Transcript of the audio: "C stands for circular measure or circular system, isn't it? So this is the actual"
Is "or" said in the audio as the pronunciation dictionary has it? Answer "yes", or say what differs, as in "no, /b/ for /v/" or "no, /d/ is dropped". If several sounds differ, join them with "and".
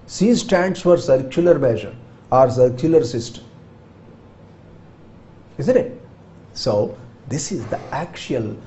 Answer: yes